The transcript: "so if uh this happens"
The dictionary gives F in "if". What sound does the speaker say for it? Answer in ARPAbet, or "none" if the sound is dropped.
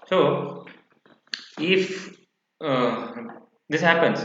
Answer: F